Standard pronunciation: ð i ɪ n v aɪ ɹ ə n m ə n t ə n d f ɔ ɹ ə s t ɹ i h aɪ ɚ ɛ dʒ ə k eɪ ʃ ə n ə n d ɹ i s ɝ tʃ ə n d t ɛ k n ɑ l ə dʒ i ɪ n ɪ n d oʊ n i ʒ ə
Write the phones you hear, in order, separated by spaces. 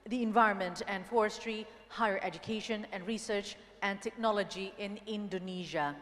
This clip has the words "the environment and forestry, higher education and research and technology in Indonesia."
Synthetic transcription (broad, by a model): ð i ɪ n v aɪ ɹ ə n m ə n t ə n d f ɔ ɹ ə s t ɹ i h aɪ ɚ ɛ dʒ ə k eɪ ʃ ə n ə n d ɹ i s ɝ tʃ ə n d t ɛ k n ɑ l ə dʒ i ɪ n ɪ n d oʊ n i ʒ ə